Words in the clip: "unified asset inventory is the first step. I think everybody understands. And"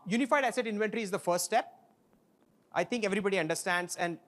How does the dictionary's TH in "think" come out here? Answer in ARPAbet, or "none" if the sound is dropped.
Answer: T